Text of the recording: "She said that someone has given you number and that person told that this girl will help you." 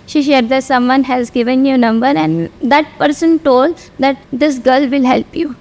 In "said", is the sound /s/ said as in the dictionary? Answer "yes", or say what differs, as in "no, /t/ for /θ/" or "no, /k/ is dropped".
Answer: no, /ʃ/ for /s/